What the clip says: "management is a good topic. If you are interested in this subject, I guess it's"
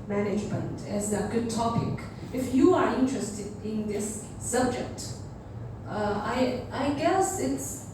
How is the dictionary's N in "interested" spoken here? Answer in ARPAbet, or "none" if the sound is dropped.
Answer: N